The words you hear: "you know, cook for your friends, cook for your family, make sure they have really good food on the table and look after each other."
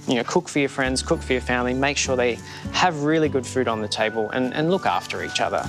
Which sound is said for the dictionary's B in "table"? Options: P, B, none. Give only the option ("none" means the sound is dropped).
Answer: B